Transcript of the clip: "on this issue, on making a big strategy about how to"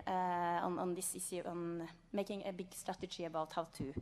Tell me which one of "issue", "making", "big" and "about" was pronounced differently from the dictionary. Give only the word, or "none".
issue